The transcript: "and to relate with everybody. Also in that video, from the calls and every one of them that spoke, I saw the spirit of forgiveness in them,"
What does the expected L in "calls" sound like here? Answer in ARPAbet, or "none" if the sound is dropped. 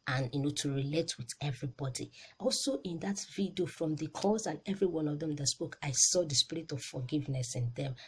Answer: none